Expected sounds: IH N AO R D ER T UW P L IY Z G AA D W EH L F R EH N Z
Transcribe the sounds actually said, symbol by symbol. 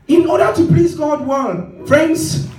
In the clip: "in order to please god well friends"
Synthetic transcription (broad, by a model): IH N AO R D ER T UW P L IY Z G AA D W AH N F R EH N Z